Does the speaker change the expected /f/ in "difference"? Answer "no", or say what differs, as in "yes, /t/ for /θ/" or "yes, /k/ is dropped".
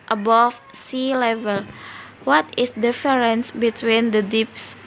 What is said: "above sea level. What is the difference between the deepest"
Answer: yes, /f/ is dropped